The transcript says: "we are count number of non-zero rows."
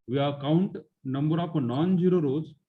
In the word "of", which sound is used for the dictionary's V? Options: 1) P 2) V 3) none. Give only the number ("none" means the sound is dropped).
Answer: 1